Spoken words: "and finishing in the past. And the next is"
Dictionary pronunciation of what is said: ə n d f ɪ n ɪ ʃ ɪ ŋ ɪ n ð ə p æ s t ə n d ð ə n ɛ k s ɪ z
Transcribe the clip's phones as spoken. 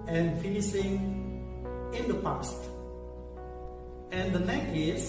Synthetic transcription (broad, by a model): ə n f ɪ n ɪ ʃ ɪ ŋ ɪ n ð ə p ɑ s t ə n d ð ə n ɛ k ɪ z